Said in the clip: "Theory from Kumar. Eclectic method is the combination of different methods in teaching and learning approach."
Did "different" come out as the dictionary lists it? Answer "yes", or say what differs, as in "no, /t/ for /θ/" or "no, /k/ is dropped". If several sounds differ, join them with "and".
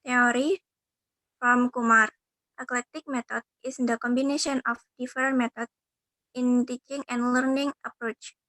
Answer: no, /ɹ/ is dropped